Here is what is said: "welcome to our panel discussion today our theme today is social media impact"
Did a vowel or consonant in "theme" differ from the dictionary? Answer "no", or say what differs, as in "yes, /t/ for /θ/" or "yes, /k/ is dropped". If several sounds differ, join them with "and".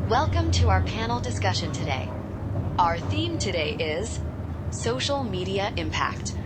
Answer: no